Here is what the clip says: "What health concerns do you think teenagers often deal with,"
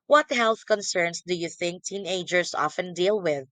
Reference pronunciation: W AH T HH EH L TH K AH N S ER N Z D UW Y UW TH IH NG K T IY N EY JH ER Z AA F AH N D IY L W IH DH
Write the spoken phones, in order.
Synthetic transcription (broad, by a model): W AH T HH EH L TH K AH N S ER N S D UW Y UW TH IH NG K T IY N EY JH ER S AA F AH N D IY L W IH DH